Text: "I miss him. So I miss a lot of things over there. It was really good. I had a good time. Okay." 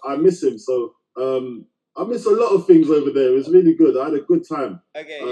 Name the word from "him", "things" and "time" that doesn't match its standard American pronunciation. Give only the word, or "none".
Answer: none